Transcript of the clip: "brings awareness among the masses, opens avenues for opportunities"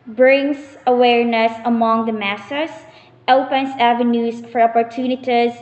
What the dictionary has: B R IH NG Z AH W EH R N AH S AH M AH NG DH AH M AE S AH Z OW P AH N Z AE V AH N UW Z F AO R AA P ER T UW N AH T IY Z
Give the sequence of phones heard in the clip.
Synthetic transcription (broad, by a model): B R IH NG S AH W EH R N AH S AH M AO NG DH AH M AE S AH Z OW P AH N S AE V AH N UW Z F AO R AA P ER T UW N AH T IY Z